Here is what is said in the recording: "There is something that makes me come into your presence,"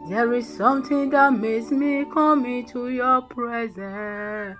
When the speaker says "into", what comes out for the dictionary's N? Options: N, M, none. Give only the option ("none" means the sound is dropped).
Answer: N